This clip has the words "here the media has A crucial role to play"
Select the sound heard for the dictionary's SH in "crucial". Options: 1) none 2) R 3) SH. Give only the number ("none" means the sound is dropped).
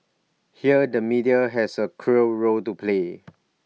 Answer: 1